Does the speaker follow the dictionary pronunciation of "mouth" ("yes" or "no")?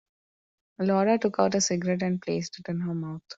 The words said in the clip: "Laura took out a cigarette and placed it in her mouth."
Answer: no